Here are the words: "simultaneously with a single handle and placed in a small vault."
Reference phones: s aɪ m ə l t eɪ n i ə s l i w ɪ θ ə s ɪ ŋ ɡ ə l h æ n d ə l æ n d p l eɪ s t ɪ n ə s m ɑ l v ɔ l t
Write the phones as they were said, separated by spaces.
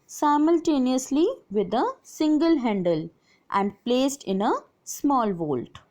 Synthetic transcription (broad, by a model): s aɪ m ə l t eɪ n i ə s l i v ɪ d ə s ɪ ŋ ɡ ə l h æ n d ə l æ n d p l eɪ s t ɪ n ə s m ɑ l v ɔ l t